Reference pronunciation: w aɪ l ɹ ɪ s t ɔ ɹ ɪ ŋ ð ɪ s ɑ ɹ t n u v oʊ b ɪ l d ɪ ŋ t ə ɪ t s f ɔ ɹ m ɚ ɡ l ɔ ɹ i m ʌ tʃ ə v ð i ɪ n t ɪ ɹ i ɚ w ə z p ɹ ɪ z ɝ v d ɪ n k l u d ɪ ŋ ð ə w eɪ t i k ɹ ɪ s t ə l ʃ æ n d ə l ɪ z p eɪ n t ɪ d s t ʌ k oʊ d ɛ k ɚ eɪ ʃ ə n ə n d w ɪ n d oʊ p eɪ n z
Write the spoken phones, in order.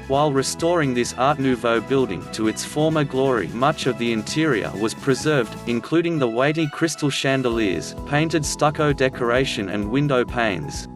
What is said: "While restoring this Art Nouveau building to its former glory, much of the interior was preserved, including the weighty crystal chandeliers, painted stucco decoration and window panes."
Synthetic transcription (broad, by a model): w aɪ l ɹ ɪ s t ɔ ɹ ɪ ŋ ð ɪ s ɑ ɹ t n u v oʊ b ɪ l d ɪ ŋ t ə ɪ t s f ɔ ɹ m ɚ ɡ l ɔ ɹ i m ʌ tʃ ə v ð i ɪ n t ɪ ɹ i ɚ w ə z p ɹ ɪ z ɝ v d ɪ n k l u d ɪ ŋ ð ə w eɪ t i k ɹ ɪ s t l ʃ æ n d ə l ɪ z p eɪ n t ɪ d s t ʌ k oʊ d ɛ k ɚ eɪ ʃ ə n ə n w ɪ n d oʊ p eɪ n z